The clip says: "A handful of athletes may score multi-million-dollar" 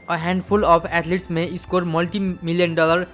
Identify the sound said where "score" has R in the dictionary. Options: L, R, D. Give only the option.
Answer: R